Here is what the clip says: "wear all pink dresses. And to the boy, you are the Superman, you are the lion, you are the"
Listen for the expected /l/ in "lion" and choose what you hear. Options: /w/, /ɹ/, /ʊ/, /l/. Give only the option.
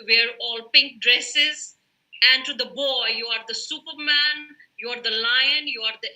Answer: /l/